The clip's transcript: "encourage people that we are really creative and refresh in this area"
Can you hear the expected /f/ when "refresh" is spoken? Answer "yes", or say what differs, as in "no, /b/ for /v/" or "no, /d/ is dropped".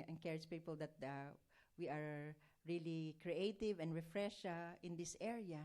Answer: yes